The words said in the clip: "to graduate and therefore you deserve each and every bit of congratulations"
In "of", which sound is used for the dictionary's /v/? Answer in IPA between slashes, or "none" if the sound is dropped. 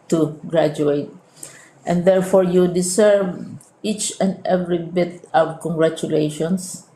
/w/